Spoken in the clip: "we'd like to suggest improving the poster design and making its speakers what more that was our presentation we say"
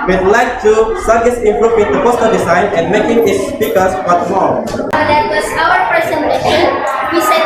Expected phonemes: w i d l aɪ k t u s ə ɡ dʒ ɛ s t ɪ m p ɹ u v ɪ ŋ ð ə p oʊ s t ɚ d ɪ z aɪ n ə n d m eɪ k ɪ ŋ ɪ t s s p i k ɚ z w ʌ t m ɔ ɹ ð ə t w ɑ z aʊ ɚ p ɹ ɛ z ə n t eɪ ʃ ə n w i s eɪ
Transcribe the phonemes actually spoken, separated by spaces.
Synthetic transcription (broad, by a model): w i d l aɪ k t u s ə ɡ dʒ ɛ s ɪ m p ɹ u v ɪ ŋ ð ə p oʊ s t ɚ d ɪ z aɪ n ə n m eɪ k ɪ ŋ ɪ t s s p i k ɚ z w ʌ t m ɔ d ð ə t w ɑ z aʊ ɚ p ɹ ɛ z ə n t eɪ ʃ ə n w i s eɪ